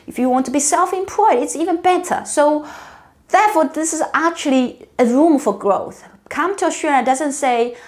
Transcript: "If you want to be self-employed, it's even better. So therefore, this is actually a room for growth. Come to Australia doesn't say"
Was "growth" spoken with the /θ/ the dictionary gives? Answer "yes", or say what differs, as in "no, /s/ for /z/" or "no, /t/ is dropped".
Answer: yes